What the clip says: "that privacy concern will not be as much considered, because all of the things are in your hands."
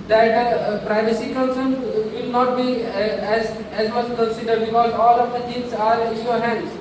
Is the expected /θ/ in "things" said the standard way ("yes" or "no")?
no